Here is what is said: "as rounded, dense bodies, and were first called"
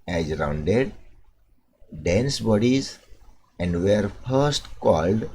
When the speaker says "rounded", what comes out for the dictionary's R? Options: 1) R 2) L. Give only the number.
1